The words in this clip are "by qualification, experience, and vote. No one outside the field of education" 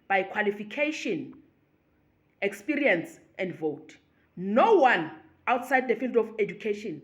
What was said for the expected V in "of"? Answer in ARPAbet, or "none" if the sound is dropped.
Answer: F